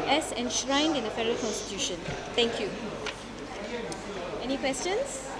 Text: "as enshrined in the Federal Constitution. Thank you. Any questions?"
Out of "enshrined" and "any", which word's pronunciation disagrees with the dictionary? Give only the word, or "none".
none